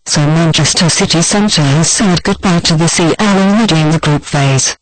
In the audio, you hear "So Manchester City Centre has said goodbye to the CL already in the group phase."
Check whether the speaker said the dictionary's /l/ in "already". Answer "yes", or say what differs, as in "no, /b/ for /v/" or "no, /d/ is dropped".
no, /n/ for /l/